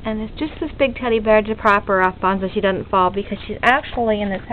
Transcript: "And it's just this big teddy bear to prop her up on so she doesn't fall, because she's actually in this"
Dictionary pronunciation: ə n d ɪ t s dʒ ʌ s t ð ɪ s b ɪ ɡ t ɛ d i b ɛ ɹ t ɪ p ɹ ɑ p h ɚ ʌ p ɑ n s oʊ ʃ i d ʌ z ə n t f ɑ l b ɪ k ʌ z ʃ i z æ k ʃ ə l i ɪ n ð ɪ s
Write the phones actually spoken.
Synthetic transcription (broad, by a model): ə n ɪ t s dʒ ʌ s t ð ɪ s b ɪ ɡ t ɛ d i b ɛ ɹ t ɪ p ɹ ɑ p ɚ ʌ b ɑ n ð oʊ ʃ i d ʌ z n t f ɑ l b ɪ k ʌ z ʃ i z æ k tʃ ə l i ɪ n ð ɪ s